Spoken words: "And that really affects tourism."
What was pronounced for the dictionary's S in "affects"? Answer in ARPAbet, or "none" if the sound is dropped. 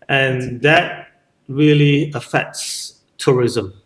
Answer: S